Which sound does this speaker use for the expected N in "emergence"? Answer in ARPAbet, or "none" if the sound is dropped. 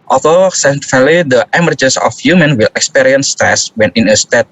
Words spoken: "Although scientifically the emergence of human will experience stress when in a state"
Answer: none